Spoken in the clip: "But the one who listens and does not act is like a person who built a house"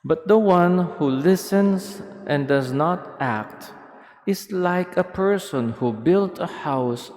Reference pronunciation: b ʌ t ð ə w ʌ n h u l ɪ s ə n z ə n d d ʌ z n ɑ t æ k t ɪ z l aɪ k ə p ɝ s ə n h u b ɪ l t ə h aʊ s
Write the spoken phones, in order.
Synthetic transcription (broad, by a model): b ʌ t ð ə w ʌ n h u l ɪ s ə n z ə n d d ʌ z n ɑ t æ k t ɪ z l aɪ k ə p ɝ s ə n h u b ɪ l t ə h aʊ s